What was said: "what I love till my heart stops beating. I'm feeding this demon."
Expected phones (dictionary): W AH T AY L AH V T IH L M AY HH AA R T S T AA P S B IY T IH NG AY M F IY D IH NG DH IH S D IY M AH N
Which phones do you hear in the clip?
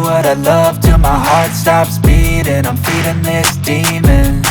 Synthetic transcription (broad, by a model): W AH T AY L AH V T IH M AY HH AA R T S T AA P S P IY T IH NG AY M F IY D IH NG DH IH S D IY M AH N